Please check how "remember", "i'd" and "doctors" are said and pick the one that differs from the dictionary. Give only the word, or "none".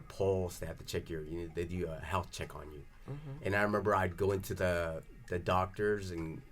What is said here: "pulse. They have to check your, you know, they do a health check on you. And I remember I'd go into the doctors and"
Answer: none